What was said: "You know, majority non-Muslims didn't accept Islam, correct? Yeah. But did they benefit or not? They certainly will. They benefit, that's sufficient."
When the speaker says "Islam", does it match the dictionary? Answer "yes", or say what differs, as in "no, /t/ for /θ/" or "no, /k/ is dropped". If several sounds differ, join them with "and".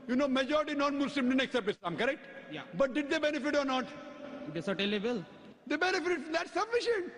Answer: no, /l/ is dropped